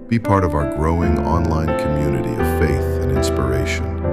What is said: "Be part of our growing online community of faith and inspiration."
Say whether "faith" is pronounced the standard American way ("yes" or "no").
yes